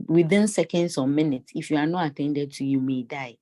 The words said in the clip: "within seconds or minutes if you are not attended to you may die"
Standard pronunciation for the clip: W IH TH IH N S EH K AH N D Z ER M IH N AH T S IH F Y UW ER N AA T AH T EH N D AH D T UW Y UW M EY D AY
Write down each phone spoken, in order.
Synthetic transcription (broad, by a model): W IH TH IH N S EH K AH N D S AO M IH N AH T S IH F Y UW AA N AA T AH T EH N D AH D T UW Y UW M EY D AY